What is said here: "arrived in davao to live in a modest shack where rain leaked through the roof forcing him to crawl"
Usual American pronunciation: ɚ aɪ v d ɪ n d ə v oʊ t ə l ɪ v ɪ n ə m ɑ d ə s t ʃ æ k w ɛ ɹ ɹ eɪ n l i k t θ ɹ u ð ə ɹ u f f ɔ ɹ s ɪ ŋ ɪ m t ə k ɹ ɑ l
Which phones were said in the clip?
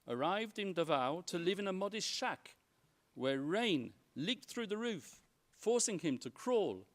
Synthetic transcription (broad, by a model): ɚ aɪ v d ɪ n d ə v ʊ t ə l ɪ v ɪ n ə m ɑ d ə s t ʃ æ k w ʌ ɹ ɹ eɪ n l i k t θ ɹ u ð ə ɹ u f f ɔ ɹ s ɪ ŋ ɪ m t ə k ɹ ɑ l